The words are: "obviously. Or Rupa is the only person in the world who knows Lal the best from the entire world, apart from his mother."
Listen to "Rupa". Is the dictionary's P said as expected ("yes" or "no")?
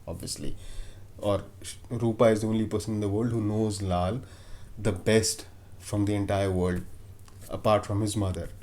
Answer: yes